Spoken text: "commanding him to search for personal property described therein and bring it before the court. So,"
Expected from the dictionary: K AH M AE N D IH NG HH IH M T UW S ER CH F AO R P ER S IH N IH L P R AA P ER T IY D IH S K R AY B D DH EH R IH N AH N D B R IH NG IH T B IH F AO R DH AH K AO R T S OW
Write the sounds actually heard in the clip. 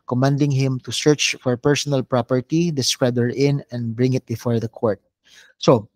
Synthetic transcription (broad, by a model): K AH M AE N D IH NG HH IH M T UW S ER CH F AO R P ER S IH N IH L P R AA P ER T IY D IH S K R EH D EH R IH N AH N D B R IH NG IH T B IH F AO R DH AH K AO R T S OW